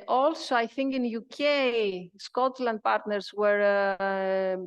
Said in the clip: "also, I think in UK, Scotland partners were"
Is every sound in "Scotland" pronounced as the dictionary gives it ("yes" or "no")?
yes